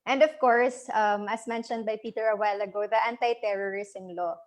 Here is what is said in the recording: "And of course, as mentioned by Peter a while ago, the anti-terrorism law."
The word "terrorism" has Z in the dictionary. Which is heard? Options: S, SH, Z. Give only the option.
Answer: S